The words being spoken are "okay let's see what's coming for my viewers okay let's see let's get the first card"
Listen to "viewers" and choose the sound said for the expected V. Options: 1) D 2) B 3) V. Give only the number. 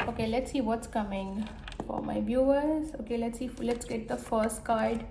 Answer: 2